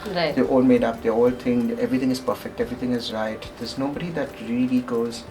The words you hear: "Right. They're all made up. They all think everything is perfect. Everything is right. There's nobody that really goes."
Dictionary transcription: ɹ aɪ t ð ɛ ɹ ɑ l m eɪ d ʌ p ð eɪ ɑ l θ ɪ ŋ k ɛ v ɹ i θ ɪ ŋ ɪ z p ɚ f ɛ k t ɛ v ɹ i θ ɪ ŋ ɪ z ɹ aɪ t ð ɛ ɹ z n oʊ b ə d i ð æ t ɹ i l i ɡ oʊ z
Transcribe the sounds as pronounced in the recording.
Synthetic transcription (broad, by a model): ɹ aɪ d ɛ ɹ ɑ l m eɪ d ʌ p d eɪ ɑ l t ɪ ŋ ɛ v ɹ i t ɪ ŋ ɪ z p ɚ f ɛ k t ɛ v ɹ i t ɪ ŋ ɪ z ɹ aɪ t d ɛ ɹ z n oʊ b ə d i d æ t ɹ i l i ɡ oʊ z